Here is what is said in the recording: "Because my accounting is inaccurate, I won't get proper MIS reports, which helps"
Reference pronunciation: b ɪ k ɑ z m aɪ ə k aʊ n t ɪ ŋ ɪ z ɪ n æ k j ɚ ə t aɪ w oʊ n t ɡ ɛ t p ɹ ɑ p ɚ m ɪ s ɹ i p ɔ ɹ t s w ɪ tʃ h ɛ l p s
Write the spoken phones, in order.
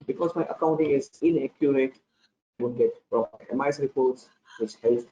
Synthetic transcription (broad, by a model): b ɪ k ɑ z m aɪ ə k aʊ n t ɪ ŋ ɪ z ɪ n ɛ k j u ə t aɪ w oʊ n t ɡ ɛ t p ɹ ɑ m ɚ m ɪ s ɹ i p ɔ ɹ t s w ɪ tʃ h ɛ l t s